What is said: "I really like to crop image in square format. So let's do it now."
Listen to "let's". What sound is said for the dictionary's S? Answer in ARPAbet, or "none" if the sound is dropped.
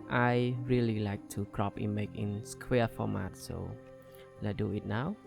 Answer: none